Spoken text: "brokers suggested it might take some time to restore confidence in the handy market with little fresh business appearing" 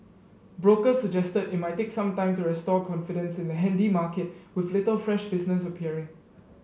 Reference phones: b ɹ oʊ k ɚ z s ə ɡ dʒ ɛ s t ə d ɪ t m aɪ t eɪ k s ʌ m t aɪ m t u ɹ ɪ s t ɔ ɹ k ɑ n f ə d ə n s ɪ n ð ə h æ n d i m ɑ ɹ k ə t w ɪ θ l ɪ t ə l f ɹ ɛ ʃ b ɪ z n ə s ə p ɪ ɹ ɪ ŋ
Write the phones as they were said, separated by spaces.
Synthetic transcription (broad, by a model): b ɹ oʊ k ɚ s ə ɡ dʒ ɛ s t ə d ɪ t m aɪ t eɪ k s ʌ m t aɪ m t u ɹ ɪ s t ɔ k ɑ n f ə d ə n s ɪ n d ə h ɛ n d i m ɑ k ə t w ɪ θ l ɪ t ə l f ɹ ɛ ʃ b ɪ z n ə s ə p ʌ ɹ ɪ ŋ